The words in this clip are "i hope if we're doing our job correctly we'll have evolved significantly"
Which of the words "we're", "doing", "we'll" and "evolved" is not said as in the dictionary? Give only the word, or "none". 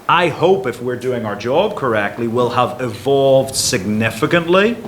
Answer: none